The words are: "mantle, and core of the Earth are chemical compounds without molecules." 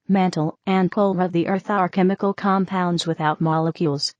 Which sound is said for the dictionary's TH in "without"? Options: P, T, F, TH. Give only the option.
TH